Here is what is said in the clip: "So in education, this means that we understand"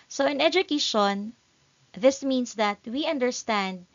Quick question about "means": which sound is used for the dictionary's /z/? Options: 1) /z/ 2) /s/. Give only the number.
2